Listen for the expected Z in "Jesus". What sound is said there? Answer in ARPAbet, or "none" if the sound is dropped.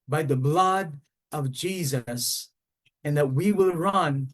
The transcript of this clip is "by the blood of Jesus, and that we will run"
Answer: Z